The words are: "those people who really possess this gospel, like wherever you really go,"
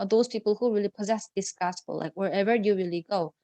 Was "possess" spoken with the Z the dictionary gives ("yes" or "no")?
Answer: yes